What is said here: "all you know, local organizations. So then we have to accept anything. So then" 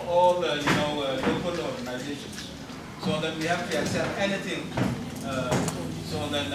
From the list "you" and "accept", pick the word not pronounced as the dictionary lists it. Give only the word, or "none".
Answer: accept